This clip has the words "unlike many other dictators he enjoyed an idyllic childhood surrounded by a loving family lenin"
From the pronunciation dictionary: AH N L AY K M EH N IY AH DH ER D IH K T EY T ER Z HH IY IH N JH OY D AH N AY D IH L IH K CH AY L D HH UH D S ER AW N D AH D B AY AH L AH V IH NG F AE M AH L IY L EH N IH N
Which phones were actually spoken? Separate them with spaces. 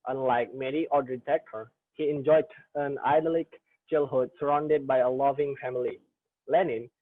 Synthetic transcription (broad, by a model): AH N L AY K M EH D IY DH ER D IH T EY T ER HH IY IH N JH OY D AH N AY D L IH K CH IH L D HH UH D S ER AW N D AH D B AY AH L AH V IH NG F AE M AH L IY L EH N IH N